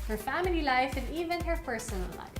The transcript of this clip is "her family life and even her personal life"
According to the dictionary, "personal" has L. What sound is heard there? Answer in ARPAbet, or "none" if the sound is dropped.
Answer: L